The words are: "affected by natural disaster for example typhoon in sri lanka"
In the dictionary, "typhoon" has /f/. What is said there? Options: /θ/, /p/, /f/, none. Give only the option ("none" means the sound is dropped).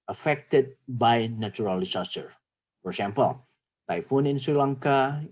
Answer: /f/